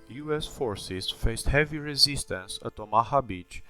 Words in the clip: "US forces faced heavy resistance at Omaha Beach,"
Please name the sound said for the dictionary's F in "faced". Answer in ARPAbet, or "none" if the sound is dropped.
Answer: F